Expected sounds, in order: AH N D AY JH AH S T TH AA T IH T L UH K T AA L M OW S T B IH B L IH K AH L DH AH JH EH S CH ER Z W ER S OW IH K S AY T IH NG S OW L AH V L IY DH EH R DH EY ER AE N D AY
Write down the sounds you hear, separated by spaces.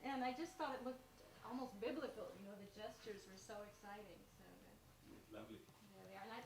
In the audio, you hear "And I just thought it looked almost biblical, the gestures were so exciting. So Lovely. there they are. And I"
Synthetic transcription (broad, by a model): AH N AY JH AH S T TH AA T IH T L UH K T AA L M OW S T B IH B L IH K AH N DH AH JH EH S CH ER Z W ER S OW IH K S AY T IH NG S OW L AH V L IY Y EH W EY ER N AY